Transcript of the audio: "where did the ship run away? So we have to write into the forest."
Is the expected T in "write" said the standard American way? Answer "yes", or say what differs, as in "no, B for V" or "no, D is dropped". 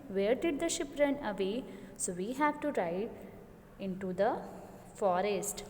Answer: no, T is dropped